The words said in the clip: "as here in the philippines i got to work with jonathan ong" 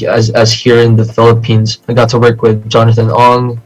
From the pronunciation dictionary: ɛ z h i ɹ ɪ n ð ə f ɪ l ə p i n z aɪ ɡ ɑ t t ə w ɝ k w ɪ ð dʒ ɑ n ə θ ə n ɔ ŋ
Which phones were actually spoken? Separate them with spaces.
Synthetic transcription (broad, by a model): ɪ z h i ɹ ɪ n ð ə f ɪ l ə p i n z aɪ ɡ ɑ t t ə w ɝ k w ɪ ð dʒ ɑ n ə θ ə n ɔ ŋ